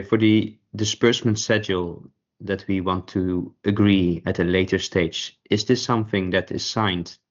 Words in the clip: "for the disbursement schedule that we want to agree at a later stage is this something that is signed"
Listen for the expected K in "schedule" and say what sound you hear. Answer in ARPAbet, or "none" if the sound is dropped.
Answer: none